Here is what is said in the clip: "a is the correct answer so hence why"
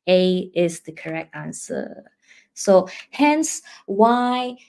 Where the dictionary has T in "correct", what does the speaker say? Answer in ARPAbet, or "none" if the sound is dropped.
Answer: T